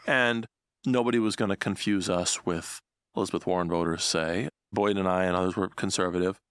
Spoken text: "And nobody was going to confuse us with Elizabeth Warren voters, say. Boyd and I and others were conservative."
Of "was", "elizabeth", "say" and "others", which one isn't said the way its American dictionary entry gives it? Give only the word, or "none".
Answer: none